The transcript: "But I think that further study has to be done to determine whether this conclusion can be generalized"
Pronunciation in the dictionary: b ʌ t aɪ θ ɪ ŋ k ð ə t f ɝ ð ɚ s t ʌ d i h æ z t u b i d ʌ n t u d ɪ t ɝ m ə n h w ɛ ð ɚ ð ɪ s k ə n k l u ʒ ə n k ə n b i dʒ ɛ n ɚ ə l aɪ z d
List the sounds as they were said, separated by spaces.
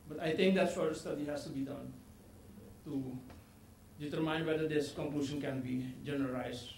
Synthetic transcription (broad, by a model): b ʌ t aɪ t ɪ ŋ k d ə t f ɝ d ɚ s t ʌ d i h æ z t u b i d ʌ n t u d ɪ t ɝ m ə n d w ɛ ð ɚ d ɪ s k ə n k l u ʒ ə n k ə n b i dʒ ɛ n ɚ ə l aɪ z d